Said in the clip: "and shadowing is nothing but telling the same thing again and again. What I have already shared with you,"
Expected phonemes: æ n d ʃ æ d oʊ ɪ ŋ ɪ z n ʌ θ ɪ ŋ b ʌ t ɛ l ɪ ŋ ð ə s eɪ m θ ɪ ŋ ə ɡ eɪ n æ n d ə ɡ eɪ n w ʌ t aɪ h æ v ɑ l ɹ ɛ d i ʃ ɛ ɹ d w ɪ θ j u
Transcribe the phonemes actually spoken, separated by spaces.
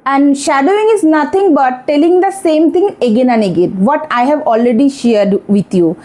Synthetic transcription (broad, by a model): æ n d ʃ æ d oʊ ɪ ŋ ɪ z n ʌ t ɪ ŋ b ʌ t ɛ l ɪ ŋ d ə s eɪ m t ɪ ŋ ə ɡ eɪ n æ n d ə ɡ eɪ n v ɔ t aɪ h æ v ɑ l ɹ ɛ d i ʃ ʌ ɹ d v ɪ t j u